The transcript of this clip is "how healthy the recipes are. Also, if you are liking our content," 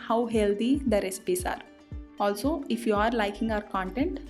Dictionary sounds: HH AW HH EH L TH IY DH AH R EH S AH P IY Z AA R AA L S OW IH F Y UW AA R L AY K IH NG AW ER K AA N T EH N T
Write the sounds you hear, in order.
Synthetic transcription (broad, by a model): HH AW HH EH L T IY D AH R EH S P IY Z AA R AA L S OW IH F Y UW AA R L AY K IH NG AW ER K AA N T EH N T